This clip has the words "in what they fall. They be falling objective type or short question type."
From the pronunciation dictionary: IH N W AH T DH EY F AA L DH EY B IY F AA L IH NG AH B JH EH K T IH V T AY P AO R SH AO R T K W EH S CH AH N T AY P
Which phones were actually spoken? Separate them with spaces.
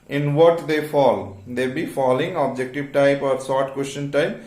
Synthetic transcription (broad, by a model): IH N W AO T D EY F AA L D EY B IY F AA L IH NG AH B JH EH K T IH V T AY P AO R S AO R T K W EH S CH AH N T AY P